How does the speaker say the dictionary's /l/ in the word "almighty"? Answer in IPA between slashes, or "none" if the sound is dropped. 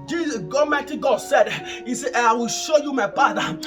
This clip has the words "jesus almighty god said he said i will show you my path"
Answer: none